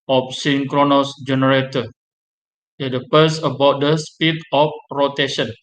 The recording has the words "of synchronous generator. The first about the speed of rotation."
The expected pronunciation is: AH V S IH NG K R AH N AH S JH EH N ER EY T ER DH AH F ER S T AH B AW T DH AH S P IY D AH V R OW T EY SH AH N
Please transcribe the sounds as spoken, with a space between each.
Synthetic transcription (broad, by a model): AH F S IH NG K R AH N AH S JH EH N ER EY T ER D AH P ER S AH B AW T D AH S P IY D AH F R OW T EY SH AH N